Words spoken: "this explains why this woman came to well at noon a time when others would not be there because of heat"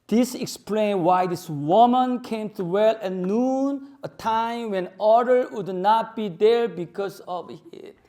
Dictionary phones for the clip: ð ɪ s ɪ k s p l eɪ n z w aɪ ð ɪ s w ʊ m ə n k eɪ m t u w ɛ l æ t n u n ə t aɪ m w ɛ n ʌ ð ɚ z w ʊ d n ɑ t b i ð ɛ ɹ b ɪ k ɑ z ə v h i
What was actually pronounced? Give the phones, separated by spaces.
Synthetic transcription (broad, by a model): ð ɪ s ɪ k s p l eɪ n w aɪ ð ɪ s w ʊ m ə n k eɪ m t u w ɛ l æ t n u n ə t aɪ m w ɛ n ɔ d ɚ w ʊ d n ɑ t b i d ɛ ɹ b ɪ k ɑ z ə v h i